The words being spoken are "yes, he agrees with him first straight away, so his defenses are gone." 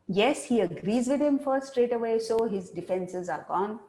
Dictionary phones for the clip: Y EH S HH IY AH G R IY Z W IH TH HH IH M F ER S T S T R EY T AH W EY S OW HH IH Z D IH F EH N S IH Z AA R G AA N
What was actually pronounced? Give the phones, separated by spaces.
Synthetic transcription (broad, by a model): Y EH S HH IY AH G R IY Z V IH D HH IH M F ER T S T R EY T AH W EY S OW HH IH Z D IH F EH N S IH Z AA R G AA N